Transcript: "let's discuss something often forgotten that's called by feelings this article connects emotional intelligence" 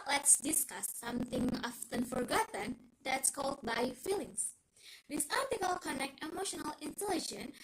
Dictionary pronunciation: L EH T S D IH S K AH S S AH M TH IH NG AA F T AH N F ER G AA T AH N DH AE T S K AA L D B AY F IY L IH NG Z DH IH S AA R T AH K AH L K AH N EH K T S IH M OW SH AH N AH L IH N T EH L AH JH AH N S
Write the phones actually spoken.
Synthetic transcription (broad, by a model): L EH T S D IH S K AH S S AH M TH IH NG AA F T AH N F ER G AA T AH N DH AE T S K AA L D B AY F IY L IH NG S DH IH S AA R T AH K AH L K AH N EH K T IH M OW SH AH N AH L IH N T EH L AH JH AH N